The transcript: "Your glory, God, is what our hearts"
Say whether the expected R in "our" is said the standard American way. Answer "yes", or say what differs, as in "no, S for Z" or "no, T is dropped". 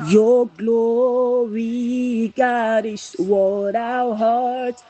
no, W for R